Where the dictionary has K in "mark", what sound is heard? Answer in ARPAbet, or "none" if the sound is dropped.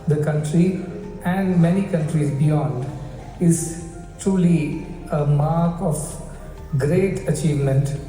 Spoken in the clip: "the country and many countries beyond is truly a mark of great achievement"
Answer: K